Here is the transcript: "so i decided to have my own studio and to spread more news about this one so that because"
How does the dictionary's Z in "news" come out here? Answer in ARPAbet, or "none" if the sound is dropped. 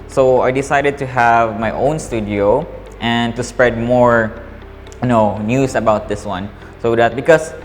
S